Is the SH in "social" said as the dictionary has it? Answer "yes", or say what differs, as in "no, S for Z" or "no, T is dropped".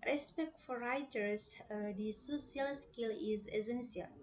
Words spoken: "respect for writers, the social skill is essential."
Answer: no, S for SH